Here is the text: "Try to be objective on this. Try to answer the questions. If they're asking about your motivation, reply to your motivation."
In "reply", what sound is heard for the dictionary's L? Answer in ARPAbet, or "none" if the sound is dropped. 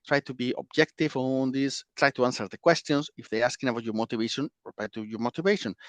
none